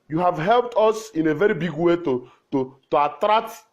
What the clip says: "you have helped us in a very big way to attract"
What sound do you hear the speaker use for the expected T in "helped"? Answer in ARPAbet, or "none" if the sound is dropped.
T